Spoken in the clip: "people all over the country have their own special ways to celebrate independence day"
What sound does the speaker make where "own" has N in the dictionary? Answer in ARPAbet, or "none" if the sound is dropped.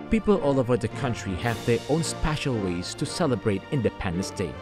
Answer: N